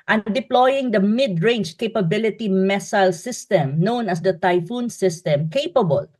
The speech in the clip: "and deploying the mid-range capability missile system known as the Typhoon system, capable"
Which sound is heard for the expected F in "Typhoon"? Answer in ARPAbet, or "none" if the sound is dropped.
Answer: F